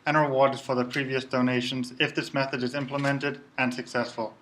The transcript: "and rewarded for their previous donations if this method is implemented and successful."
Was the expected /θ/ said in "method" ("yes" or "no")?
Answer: yes